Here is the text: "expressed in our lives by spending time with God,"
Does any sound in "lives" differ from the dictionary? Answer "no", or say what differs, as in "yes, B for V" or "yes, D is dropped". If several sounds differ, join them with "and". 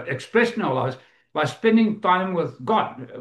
yes, V is dropped